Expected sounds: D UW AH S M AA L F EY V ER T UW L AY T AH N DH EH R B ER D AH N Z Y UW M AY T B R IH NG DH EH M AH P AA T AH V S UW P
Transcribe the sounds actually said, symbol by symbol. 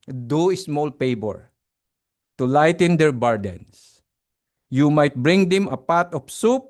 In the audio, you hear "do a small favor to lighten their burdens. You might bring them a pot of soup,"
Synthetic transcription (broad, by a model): D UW AH S M AA L P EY B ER T UW L AY T AH N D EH R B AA D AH N S Y UW M AY T B R IH NG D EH M AH P AA T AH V S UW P